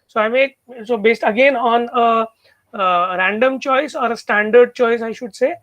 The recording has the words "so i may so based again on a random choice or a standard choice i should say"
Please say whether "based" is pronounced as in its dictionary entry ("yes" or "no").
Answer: yes